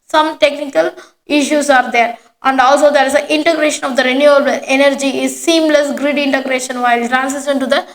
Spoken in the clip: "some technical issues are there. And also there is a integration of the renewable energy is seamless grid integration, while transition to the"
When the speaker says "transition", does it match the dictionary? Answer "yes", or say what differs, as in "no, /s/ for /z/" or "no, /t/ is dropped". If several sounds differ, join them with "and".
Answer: no, /s/ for /z/ and /s/ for /ʃ/